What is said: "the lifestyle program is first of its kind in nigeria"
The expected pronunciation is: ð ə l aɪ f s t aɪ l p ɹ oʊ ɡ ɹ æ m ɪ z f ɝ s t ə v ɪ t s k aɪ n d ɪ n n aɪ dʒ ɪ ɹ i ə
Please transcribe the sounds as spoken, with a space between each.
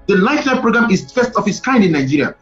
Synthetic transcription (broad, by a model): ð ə l aɪ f t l p ɹ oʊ ɡ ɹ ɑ m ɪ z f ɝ s t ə f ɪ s k aɪ n d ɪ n n aɪ dʒ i ɹ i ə